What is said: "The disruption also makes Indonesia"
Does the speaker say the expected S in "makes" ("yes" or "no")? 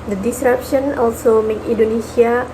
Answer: no